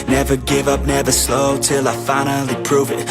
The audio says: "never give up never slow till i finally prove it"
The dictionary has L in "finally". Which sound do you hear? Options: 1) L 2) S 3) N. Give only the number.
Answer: 1